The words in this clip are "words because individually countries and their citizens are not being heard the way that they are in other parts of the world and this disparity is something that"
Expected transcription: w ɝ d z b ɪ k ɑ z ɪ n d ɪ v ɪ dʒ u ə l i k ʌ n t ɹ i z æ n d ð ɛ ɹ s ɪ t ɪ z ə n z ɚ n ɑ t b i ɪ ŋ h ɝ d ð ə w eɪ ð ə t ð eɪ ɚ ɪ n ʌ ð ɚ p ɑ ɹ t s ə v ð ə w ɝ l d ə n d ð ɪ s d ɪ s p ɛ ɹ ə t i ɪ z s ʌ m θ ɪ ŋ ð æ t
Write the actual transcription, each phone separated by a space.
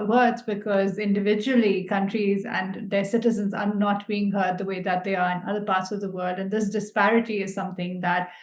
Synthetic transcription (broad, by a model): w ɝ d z b ɪ k ɑ z ɪ n d ɪ v ɪ dʒ u ə l i k ʌ n t ɹ i z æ n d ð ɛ s ɪ t ɪ z ə n z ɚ n ɑ t b i ɪ ŋ h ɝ d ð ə w eɪ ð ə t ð eɪ ɚ ɪ n ʌ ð ɚ p ɑ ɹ t s ə v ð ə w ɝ l d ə n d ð ɪ s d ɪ s p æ ɹ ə t i ɪ z s ʌ m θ ɪ ŋ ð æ t